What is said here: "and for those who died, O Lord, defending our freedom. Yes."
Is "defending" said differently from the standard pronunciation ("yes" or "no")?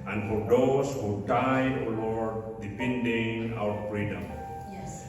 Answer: yes